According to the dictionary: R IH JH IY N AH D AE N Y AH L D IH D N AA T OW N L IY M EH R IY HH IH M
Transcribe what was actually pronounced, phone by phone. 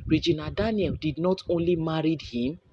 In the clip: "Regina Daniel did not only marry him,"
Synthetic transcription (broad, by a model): R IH JH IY N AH D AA N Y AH L D IH D N AA T OW N L IY M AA R IY HH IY M